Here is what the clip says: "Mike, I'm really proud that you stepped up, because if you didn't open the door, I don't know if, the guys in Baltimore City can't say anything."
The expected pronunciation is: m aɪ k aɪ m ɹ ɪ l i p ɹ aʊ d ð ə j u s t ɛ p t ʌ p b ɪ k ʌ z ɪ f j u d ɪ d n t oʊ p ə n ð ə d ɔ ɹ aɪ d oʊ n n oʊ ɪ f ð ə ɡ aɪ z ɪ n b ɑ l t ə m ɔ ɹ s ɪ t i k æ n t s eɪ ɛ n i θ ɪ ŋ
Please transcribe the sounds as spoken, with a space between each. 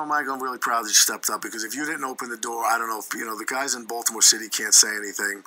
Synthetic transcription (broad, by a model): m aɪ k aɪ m ɹ ɪ l i p ɹ aʊ d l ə s t ɛ p t ʌ p b ɪ k ʌ z ɪ f j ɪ d ɪ d n t oʊ p ə n ð ə d ɔ ɹ aɪ d oʊ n n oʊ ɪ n ð ə ɡ aɪ z ɪ n b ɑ l t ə m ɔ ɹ s ɪ t i k æ n t s eɪ ɛ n i θ ɪ ŋ